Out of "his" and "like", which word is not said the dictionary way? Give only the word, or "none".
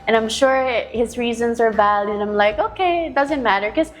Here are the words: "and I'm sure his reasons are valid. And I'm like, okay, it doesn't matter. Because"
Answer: none